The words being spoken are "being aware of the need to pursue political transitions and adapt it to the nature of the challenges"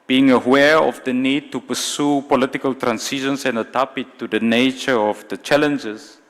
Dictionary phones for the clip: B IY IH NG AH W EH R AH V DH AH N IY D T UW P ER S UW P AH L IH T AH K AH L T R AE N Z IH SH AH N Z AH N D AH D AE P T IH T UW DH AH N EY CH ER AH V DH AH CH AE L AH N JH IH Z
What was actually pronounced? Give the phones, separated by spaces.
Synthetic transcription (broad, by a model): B IY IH NG AH W EH R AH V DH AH N IY D T UW P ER S UW P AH L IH T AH K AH L T R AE N S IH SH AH N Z AH N D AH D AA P IH T UW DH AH N EY CH ER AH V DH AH CH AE L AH N JH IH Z